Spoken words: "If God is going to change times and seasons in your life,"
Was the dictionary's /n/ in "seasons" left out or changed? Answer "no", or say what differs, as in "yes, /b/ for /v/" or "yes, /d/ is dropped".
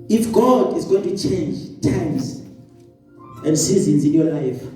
no